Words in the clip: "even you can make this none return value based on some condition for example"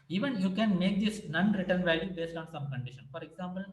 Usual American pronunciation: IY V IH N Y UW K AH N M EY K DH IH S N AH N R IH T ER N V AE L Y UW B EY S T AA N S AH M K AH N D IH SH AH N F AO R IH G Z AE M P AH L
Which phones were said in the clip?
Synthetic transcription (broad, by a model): IY V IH N Y UW K AH N M EY K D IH S N AH N R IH T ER N V AE L Y UW B EY S T AA N S AH M K AH N D IH SH AH N F AO R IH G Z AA M P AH L